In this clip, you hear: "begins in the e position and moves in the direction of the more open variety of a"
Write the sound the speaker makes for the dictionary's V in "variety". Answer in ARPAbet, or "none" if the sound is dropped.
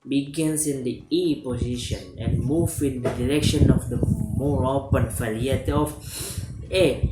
F